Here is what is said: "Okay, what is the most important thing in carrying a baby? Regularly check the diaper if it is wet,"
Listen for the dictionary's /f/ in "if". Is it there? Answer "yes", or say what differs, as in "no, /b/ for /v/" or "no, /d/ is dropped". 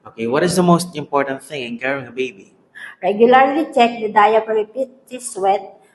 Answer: no, /p/ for /f/